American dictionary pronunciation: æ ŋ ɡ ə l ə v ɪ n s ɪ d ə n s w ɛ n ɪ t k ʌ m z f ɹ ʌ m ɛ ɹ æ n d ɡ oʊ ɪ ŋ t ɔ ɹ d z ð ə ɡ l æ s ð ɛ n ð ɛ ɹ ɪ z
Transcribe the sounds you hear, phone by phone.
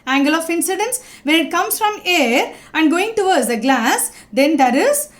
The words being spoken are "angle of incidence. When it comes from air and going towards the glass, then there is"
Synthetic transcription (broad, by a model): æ ŋ ɡ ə l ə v ɪ n s ɪ d ə n s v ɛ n ɪ t k ʌ m s f ɹ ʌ m ɛ ɹ æ n d ɡ oʊ ɪ ŋ t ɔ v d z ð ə ɡ l æ s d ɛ n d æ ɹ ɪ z